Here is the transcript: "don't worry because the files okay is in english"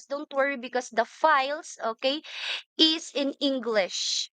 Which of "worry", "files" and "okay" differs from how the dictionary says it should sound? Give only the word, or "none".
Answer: files